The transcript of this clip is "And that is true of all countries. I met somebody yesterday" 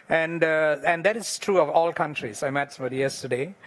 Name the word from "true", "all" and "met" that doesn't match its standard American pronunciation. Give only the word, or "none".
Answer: none